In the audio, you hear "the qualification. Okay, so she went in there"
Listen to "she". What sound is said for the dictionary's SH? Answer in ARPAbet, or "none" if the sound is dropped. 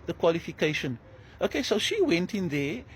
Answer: SH